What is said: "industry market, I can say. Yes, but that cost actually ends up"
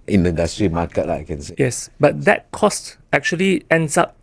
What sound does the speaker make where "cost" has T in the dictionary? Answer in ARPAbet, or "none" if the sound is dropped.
T